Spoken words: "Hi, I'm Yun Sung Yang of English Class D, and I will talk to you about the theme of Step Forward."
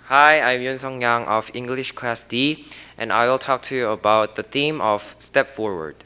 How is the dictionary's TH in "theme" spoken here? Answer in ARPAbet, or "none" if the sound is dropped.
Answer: TH